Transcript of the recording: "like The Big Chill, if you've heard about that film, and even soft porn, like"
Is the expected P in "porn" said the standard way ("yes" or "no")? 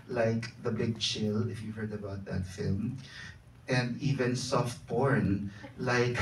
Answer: no